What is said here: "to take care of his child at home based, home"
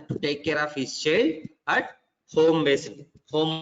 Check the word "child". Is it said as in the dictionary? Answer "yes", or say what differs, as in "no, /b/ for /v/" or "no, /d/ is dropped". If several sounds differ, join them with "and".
no, /d/ is dropped